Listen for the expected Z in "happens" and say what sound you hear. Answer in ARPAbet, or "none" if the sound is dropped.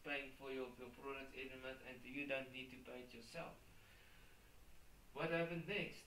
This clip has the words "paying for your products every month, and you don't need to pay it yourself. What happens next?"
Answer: none